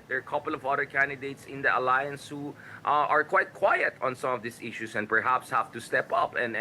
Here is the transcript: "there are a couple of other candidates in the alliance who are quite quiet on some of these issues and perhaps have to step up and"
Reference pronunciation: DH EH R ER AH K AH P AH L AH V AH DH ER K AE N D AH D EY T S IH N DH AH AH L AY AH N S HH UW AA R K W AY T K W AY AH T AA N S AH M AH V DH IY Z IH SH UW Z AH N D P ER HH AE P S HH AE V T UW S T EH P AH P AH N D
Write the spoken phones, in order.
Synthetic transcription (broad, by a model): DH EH R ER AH K AH P AH L AH V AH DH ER K AE N D AH D EY T S IH N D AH AH L AY AH N S HH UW AA R K W AY T K W AY AH T AA N S AH M AH V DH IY S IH SH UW S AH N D P ER HH AE P S HH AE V T UW S T EH P AH P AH N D